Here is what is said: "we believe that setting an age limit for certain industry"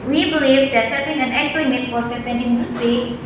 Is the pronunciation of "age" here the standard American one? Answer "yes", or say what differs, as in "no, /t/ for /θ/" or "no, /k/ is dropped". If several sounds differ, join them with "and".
no, /tʃ/ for /dʒ/